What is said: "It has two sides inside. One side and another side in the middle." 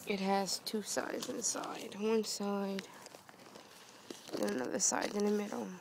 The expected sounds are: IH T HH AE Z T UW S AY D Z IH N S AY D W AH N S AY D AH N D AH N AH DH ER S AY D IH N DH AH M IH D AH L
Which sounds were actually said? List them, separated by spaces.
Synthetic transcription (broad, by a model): IH T HH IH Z T UW S AY D Z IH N S AY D W AH N S AY D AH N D AH N AH DH ER S AY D IH N DH AH M IH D L